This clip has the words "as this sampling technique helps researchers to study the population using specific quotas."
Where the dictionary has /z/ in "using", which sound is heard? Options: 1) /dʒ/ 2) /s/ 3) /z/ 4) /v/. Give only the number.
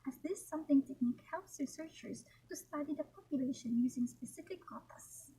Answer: 3